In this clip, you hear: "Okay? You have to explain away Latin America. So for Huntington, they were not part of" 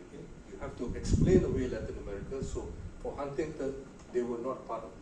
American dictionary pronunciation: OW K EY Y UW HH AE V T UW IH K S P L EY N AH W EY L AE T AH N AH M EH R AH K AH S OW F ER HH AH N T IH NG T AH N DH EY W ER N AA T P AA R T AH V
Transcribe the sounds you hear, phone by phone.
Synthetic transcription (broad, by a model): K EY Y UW HH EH F T UW IH K S P L EY N AH W EY L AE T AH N AH M EH R AH K AH S OW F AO HH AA N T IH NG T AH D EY W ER N AA T P AA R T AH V